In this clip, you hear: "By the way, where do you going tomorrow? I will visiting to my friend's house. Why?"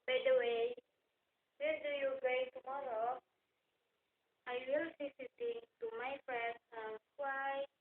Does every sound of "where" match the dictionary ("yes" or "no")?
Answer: no